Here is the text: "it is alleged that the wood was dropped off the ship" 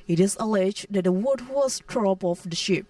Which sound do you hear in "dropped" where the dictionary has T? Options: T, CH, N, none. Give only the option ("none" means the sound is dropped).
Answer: none